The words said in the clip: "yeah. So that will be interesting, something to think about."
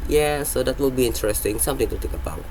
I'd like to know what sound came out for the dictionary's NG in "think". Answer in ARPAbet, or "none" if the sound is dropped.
none